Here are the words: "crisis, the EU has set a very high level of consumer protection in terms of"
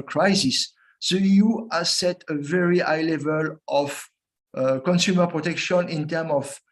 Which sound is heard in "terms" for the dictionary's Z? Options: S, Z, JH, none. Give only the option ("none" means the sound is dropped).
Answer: none